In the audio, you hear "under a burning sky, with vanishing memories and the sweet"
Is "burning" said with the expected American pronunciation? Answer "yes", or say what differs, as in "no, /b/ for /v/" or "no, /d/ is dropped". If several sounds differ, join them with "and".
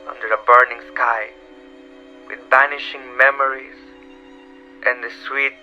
yes